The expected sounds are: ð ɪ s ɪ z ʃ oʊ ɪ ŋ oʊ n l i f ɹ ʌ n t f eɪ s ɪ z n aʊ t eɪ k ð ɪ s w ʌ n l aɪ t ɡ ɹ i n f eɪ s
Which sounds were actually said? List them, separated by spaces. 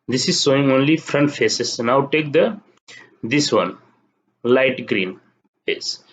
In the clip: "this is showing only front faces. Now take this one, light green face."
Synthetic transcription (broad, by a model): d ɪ s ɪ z s oʊ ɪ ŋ oʊ n l i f ɹ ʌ n t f eɪ s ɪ s n aʊ t eɪ k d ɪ s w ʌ n l aɪ t ɡ ɹ i n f eɪ s